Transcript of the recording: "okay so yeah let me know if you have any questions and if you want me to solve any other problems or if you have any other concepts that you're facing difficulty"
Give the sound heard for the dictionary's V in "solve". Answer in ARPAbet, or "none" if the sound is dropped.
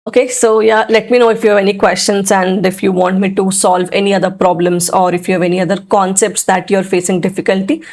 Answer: V